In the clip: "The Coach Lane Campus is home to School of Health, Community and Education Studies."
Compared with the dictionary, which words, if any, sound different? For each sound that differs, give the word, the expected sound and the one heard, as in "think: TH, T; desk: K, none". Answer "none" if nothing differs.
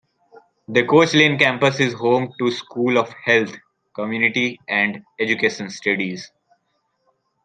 health: TH, T